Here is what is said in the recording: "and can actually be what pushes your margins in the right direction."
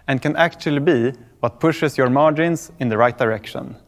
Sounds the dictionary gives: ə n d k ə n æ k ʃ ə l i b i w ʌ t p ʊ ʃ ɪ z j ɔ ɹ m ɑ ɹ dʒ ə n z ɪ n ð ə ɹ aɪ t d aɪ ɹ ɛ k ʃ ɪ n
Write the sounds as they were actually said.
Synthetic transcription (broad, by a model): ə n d k ə n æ k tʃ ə l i b i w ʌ t p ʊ ʃ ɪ s j ɔ ɹ m ɑ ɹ dʒ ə n s ɪ n ð ə ɹ aɪ t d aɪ ɹ ɛ k ʃ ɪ n